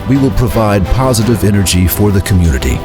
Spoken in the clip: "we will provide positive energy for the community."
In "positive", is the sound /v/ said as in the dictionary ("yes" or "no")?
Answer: yes